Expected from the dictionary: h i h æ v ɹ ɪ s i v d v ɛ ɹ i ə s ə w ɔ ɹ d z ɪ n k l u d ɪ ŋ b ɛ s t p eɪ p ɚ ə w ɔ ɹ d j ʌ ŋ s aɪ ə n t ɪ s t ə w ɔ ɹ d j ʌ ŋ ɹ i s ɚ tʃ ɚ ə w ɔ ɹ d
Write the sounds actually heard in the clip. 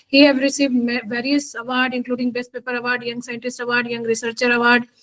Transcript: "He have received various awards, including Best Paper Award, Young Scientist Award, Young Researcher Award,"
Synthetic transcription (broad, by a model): h i h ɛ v ɹ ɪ s i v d v ɛ ɹ i ə s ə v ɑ ɹ d ɪ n k l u d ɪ ŋ b ɛ s t p eɪ p ɚ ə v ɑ ɹ d j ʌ ŋ s aɪ ə n t ɪ s t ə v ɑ ɹ d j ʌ ŋ ɹ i s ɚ tʃ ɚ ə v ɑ ɹ d